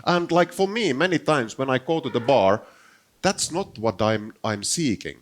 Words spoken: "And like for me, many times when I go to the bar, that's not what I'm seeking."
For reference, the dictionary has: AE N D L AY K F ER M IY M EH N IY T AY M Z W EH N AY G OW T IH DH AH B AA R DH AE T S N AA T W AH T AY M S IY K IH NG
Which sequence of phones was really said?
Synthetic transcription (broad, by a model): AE N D L AY K F ER M IY M EH N IY T AY M S W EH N AY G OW T IH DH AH B AA R DH AE T S N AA T W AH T AY M S IY K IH NG